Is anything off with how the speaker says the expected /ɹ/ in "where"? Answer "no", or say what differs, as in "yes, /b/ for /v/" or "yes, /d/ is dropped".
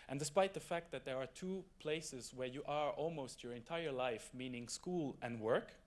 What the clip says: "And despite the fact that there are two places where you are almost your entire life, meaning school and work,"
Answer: no